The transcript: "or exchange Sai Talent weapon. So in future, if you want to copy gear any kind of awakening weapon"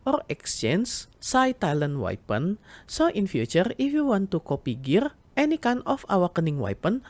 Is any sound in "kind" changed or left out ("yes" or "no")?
yes